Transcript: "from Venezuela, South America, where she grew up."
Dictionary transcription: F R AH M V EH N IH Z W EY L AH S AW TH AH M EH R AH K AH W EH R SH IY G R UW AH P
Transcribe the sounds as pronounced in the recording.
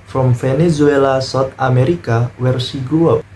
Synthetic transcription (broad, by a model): F R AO M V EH N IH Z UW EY L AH S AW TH AH M EH R AH K AH W EH R S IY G UW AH